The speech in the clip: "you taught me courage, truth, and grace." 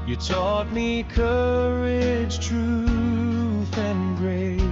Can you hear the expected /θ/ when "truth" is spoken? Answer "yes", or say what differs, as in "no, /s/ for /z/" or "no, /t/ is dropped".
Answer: yes